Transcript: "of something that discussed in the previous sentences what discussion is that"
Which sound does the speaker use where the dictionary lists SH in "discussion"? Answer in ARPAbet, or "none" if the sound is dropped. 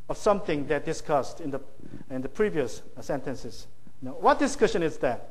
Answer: SH